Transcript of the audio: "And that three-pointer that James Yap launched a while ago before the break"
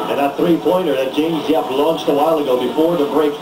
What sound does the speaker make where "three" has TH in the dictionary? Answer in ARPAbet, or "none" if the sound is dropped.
TH